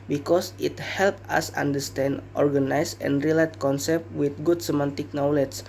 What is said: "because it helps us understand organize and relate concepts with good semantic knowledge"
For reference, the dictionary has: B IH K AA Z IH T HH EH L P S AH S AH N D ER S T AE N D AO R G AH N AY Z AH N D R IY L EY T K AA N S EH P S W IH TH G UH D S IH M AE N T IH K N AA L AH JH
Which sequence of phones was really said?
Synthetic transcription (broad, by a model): B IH K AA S IH T HH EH L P AA S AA N D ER S T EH N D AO R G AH N AY S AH N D R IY L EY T K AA N S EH P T W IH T G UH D S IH M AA N T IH K N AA L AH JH